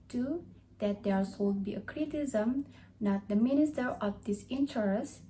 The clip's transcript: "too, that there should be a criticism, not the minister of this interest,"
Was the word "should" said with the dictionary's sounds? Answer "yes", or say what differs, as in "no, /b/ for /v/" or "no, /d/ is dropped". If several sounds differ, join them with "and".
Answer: no, /s/ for /ʃ/